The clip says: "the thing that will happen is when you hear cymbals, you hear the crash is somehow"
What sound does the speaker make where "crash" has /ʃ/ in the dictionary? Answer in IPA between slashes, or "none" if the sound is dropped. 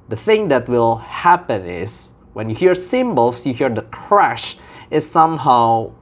/ʃ/